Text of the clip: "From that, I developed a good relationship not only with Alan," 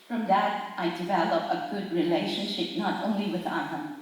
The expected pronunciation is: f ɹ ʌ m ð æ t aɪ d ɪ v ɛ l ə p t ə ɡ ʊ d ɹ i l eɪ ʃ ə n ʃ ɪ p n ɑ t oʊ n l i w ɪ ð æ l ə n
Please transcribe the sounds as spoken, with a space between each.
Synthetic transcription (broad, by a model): f ɹ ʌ m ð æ t aɪ d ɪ v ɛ l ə p ə ɡ ʊ d ɹ i l eɪ ʃ ə n ʃ ɪ p n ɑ t oʊ n l i w ɪ ð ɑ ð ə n